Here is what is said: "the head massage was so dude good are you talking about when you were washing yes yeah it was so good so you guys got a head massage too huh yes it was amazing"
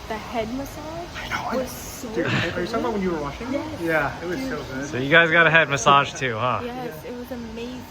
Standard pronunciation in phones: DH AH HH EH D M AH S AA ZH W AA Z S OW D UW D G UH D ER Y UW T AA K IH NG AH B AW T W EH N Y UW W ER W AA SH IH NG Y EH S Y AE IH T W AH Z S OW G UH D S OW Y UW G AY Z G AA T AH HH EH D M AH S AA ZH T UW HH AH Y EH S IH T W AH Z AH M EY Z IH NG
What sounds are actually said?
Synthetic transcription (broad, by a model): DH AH HH EH D M AH S AA ZH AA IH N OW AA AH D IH ER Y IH S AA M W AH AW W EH N Y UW W ER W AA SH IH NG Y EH Y AE IH T W AH Z S OW G UH D S OW Y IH G AY Z G AA T AH HH EH D M AH S AA ZH T UW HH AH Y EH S IH T W AH Z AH M EY IH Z